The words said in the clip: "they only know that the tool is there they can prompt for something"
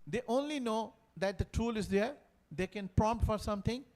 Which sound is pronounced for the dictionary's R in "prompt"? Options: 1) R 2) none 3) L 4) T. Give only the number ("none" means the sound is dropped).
1